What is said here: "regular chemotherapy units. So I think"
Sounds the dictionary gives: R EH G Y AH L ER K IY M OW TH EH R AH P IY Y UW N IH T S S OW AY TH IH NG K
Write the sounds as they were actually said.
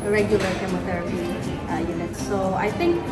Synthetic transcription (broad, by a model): R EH G Y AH L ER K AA M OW T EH R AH P IY Y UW N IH T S S OW AY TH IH NG K